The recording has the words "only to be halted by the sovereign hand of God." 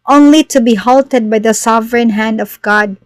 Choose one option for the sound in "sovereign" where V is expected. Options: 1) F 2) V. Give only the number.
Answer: 2